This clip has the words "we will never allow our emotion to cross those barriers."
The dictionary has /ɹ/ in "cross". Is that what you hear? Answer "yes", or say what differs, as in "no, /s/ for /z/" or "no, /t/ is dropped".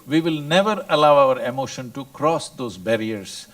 yes